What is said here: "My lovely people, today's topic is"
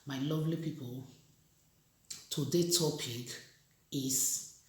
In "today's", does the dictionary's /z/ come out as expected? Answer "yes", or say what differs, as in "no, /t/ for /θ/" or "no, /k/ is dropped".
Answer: no, /z/ is dropped